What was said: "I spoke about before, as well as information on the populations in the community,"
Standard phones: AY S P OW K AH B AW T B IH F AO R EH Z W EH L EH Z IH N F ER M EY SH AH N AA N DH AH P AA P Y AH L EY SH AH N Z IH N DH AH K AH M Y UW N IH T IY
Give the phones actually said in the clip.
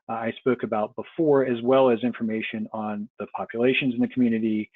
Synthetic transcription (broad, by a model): AY S P OW K AH B AW T B IH F AO R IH Z W EH L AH Z IH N F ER M EY SH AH N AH N DH AH P AA P Y AH L EY SH AH N Z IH N DH AH K M Y UW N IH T IY